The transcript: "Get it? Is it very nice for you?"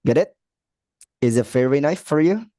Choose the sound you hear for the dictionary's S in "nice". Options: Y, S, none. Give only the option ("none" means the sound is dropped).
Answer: none